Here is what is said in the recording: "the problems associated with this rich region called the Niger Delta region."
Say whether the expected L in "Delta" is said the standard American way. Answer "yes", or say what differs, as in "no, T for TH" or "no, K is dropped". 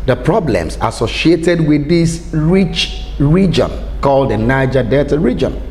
no, L is dropped